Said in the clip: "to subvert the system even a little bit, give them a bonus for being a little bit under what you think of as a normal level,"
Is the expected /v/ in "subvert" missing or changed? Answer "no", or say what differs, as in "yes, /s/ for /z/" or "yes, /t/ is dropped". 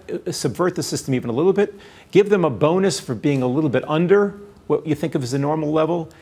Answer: no